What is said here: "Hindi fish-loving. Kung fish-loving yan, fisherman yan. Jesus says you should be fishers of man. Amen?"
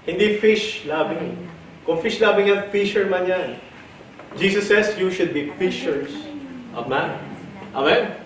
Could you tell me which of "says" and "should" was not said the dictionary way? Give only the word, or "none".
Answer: says